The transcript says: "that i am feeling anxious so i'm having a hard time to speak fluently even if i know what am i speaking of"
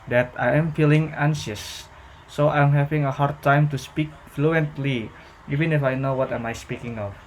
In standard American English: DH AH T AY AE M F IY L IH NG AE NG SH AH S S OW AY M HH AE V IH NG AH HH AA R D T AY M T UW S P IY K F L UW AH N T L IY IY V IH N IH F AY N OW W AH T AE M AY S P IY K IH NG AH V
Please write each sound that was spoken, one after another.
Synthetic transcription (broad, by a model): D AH T AY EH M F IY L IH NG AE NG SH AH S S OW AY M HH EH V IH NG AH HH AA R D T AY M T UW S P IY K F L UW AH N T L IY IY V IH N IH F AY N OW W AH T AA M AY S P IY K IH NG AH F